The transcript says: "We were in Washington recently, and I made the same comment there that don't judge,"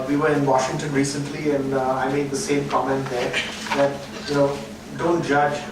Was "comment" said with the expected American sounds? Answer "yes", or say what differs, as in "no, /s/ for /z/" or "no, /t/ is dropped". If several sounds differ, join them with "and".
yes